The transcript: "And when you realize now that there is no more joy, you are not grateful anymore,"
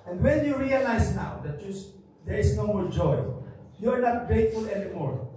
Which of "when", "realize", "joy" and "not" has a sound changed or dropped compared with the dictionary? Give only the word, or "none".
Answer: realize